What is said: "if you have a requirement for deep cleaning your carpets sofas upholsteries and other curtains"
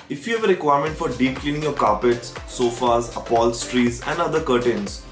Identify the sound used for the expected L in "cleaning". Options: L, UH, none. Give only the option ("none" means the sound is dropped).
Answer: L